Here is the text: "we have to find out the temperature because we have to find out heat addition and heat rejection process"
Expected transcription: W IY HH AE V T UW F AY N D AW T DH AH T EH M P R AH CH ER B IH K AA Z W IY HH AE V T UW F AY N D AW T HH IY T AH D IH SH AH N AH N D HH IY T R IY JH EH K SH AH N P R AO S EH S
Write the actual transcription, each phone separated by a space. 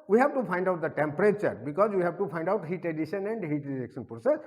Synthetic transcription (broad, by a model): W IY HH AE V T UW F AY N D AW T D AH T EH M P R AH CH ER B IH K AA Z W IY HH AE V T UW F AY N D AW T HH IY T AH D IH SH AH N AH N D HH IY T R IY JH EH K SH AH N P R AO S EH S